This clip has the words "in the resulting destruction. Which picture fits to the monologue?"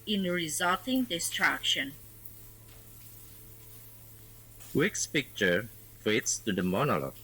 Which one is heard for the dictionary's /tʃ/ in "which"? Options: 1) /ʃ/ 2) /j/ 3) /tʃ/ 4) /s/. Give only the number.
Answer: 4